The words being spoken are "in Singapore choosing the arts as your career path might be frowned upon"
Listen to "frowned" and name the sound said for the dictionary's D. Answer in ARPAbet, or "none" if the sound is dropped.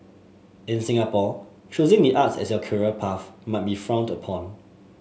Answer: D